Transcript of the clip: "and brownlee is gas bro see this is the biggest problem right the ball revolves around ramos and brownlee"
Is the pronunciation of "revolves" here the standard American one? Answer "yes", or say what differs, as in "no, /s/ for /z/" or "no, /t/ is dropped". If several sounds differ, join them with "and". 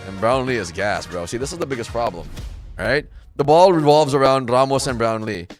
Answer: yes